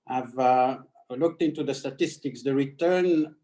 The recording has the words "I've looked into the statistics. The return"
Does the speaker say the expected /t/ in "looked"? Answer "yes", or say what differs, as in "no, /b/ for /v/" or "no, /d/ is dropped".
yes